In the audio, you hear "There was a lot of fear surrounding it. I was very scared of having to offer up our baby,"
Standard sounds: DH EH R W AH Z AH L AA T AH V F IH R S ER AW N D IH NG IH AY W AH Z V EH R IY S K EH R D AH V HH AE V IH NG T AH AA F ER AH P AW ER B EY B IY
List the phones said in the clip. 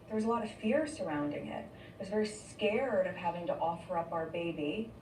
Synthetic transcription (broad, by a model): DH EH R W AH Z AH L AA T AH V F IH R S ER AW N D IH NG IH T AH Z V EH R IY S K EH R D AH V HH AE V IH NG T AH AA F ER AH P AW ER B EY B IY